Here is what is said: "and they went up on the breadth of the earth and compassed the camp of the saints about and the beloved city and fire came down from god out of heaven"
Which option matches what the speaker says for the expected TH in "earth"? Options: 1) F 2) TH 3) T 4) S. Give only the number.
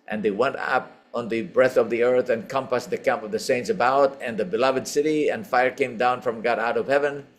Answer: 2